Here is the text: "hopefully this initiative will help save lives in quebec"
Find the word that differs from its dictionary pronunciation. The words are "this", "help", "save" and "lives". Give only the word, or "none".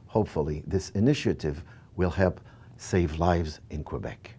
none